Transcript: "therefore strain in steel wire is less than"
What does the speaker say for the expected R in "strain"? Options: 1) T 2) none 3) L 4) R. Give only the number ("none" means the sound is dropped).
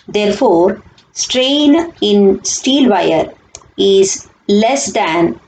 4